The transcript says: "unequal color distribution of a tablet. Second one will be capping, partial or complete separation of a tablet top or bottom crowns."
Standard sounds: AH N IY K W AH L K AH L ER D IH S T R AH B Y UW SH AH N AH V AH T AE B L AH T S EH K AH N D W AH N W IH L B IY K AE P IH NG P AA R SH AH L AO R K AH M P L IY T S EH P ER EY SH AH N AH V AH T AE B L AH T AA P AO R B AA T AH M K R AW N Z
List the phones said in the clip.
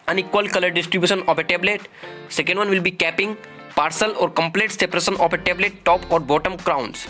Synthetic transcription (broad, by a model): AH N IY K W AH L K AH L ER D IH S T R AH B Y UW SH AH N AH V AH T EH B L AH T S EH K AH N D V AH N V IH L B IY K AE P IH NG P AA R S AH L AO R K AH M P L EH T S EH P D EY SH AH N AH F AH T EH B L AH T AA P AO R B AA T AH M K R AW N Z